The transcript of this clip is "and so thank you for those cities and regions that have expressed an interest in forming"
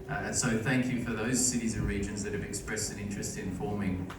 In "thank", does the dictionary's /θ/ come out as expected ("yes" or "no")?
yes